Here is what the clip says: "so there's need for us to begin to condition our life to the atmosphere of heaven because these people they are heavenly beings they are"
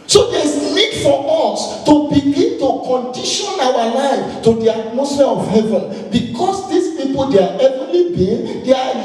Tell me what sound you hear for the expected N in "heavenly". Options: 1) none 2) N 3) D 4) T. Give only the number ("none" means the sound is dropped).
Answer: 1